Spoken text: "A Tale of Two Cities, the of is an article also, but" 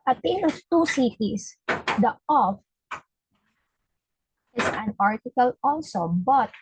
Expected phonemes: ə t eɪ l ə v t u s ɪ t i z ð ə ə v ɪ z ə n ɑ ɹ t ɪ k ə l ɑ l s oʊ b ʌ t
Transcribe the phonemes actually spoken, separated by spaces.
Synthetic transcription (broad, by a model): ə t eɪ n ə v t u s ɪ t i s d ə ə f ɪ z ə n ɑ ɹ t ɪ k ə l ɑ l s oʊ b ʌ t